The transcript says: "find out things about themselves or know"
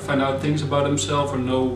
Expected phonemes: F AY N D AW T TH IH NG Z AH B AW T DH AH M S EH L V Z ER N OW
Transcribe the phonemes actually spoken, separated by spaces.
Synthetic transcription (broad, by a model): F AY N D AW T TH IH NG Z AH B AW T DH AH M S EH L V ER N OW